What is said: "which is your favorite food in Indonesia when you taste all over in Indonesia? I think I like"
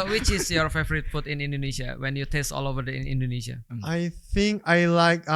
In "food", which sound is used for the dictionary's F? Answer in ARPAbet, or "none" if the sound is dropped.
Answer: P